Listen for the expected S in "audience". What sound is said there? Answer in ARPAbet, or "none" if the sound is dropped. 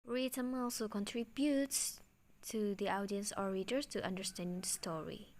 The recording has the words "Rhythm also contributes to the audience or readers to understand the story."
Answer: S